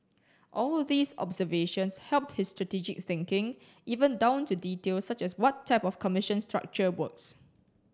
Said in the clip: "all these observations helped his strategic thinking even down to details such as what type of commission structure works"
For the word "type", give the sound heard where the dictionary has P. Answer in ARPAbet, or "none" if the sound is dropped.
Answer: P